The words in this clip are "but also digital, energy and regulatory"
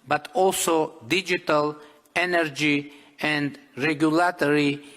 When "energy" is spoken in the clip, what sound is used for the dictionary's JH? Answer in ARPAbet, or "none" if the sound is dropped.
JH